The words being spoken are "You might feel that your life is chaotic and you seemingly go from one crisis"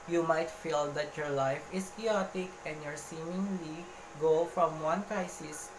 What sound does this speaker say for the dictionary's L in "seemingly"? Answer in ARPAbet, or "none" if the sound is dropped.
L